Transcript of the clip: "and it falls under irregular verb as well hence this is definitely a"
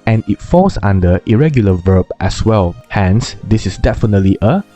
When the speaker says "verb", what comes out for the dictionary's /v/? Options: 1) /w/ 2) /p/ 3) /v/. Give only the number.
3